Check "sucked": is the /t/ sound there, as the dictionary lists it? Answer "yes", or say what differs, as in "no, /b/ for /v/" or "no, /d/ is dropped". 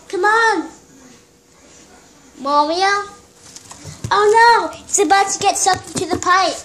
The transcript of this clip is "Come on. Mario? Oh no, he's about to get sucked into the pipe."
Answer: no, /t/ is dropped